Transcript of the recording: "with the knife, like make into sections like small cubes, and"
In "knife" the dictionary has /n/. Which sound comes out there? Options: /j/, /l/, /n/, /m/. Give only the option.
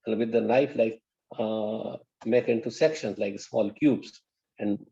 /l/